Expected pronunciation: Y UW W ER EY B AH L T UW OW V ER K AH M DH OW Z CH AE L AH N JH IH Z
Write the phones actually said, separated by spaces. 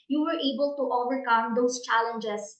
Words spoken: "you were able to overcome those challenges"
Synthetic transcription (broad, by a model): Y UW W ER EY B AH L T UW OW V ER K AH M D OW S CH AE L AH N JH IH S